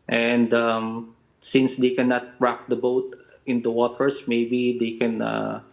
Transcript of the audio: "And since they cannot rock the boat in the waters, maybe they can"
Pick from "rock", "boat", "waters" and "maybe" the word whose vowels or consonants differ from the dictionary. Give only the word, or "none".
waters